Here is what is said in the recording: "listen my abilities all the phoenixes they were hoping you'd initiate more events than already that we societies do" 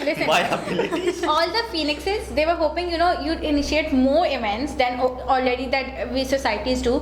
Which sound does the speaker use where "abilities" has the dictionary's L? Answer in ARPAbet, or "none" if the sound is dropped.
none